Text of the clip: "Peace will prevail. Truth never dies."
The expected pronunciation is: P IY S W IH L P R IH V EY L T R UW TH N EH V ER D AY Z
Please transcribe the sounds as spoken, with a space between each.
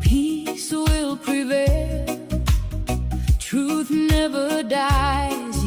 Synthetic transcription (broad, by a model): P IY S W IH L P R IH V EY L T R UW TH N EH V ER D AY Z